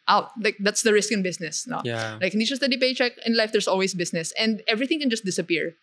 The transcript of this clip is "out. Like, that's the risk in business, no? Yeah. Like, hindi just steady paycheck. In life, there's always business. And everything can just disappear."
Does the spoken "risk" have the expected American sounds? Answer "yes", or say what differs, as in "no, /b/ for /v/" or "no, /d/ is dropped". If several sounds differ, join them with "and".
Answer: yes